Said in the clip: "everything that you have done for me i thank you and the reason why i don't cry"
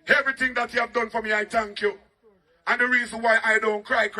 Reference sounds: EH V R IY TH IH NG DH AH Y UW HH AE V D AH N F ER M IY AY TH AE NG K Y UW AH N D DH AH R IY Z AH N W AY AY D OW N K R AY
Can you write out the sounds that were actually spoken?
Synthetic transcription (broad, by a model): EH V R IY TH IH NG DH AH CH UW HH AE V D AH N F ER M IY AY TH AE NG K Y UW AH N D DH AH R IY Z AH N W AY AY D OW N K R AY